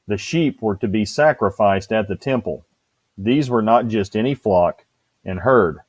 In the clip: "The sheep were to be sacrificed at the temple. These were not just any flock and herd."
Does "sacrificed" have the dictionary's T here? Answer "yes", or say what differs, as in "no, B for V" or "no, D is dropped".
yes